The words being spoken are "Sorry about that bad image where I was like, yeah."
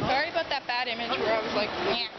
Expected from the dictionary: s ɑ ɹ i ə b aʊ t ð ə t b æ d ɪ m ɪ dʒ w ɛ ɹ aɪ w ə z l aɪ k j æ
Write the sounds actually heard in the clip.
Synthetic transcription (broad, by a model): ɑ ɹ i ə ʊ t ð ə t b æ d ɪ m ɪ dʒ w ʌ ɹ aɪ w ə z l aɪ k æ